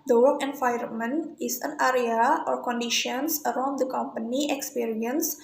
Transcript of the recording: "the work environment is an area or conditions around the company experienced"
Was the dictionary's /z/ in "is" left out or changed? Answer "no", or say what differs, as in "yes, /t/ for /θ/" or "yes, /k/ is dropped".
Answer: yes, /s/ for /z/